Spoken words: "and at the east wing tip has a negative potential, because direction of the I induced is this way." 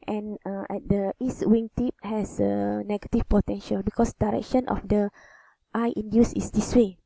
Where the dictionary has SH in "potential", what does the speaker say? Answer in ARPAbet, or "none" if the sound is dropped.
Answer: SH